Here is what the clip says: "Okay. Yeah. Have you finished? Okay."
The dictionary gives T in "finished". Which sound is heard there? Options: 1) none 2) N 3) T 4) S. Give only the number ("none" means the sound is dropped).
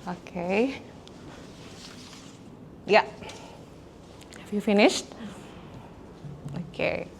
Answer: 3